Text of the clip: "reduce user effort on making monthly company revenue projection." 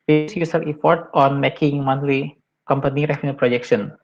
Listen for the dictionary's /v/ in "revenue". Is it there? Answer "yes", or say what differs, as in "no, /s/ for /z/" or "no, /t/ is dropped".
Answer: no, /f/ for /v/